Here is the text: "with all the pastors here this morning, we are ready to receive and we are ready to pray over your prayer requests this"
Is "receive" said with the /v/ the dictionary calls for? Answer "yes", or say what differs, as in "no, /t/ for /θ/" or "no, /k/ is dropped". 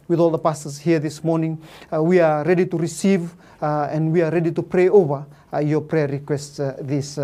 yes